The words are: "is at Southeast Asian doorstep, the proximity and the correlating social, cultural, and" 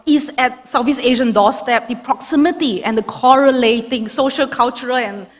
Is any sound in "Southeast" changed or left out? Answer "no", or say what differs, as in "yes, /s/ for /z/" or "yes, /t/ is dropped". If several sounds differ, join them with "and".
yes, /f/ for /θ/ and /t/ is dropped